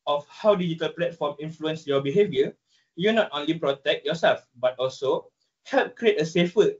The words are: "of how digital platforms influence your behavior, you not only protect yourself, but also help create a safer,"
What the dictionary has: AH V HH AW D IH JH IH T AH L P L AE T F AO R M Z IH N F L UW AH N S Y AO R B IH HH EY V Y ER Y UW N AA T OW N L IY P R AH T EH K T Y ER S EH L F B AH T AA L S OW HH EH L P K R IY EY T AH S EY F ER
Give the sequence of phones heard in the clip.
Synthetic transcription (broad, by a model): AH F HH AW D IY JH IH T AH L P L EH T F AO M IH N F L UW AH N S Y AO B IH HH EY V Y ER Y UW N AA T OW N L IY P R AH T EH K T Y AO S EH L F B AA T AA L S OW HH EH L P K R IY EY T AH S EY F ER